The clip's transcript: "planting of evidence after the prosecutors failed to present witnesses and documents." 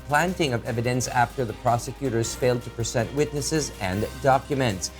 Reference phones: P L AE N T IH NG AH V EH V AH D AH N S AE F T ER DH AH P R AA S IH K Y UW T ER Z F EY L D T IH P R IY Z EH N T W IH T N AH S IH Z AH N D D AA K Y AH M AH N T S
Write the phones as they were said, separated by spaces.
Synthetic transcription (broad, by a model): P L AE N T IH NG AH V EH V AH D AH N S AE F T ER DH AH P R AA S IH K Y UW T ER Z F EY L D T IH P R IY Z EH N T W IH T N AH S IH Z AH N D D AA K Y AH M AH N T S